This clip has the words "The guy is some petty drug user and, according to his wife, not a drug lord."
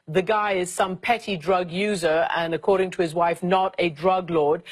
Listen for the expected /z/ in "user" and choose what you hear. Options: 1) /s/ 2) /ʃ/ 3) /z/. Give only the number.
3